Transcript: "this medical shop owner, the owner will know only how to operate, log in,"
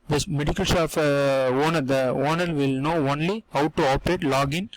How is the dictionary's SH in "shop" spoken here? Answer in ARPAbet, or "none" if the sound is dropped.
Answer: S